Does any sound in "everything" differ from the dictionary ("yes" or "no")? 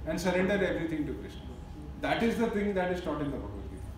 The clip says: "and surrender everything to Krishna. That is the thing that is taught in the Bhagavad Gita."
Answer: yes